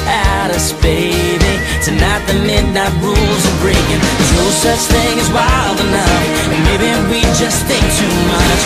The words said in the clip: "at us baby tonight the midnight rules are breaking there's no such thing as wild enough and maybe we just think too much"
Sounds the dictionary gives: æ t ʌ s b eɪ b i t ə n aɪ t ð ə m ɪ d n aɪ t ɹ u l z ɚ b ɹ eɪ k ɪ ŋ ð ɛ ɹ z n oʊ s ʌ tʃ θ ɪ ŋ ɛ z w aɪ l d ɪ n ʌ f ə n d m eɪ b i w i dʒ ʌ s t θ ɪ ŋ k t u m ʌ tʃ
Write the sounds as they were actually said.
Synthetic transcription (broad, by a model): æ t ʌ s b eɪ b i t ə n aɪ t ð ə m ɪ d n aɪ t ɹ u l z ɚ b ɹ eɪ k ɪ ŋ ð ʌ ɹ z n oʊ s ʌ tʃ θ ɪ ŋ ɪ z w aɪ l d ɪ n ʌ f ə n m eɪ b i w i dʒ ʌ s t θ ɪ ŋ k t u m ʌ tʃ